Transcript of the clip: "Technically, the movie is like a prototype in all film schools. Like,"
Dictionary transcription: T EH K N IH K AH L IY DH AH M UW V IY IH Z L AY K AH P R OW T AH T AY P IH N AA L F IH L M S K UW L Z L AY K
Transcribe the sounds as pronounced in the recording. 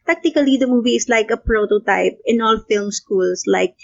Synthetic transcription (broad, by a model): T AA K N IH K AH L IY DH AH M UW V IY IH S L AY K AH P R OW T AH T AY P IH N AA L F IH L M S K UW L S L AY K